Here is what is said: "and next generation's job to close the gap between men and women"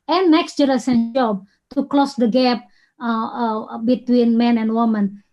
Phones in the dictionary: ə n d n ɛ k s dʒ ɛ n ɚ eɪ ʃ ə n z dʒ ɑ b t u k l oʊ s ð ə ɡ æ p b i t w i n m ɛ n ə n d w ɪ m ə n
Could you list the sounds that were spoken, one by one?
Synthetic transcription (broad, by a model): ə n n ɛ k s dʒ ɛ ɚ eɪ s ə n dʒ ɑ b t u k l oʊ s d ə ɡ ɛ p b i t w i n m ɛ n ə n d w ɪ m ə n